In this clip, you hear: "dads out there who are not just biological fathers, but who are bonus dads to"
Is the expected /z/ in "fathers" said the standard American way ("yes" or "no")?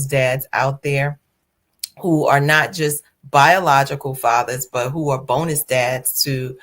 yes